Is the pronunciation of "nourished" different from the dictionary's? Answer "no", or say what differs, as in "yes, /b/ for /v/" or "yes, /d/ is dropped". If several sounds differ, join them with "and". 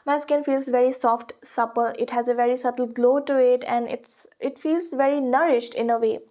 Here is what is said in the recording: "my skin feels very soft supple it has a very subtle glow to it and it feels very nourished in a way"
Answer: no